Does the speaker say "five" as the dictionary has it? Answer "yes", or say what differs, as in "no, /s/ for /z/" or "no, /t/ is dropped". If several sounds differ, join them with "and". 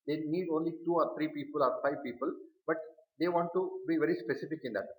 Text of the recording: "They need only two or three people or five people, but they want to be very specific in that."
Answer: yes